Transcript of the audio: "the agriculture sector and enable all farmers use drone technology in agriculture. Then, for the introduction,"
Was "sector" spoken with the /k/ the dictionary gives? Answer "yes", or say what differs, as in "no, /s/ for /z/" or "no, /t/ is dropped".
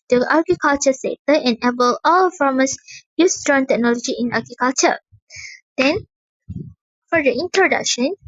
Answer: no, /k/ is dropped